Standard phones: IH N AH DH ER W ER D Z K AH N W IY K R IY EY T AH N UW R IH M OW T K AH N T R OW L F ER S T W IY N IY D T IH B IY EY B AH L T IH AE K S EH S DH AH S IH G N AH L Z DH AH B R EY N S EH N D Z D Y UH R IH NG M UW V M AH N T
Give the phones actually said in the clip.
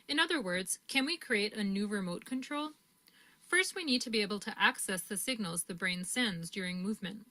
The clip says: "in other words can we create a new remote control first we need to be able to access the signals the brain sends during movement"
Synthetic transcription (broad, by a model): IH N AH DH ER W ER D Z K AH N W IY K R IY EY T AH N UW R IH M OW T K AH N T R OW L F ER S T W IY N IY D T IH B IY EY B L T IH AE K S EH S DH AH S IH G N L Z DH AH B R EY N S EH N D Z D Y UH R IH NG M UW V M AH N T